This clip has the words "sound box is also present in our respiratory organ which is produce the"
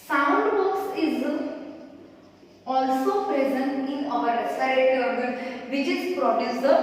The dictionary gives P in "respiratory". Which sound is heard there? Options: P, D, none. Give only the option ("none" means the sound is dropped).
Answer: none